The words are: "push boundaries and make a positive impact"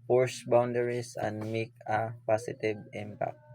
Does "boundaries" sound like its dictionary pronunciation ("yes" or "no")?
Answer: no